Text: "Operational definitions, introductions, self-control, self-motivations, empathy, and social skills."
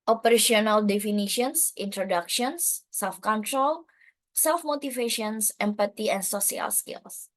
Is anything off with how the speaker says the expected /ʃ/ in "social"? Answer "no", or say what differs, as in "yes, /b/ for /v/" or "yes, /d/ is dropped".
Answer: yes, /s/ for /ʃ/